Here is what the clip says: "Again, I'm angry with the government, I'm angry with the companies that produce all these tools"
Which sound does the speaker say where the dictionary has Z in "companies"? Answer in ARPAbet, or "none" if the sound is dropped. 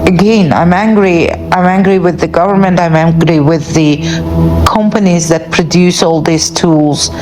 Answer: Z